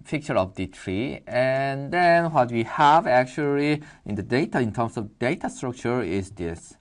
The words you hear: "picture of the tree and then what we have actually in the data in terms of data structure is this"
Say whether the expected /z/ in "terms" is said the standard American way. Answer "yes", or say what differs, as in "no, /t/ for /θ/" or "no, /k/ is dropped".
no, /s/ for /z/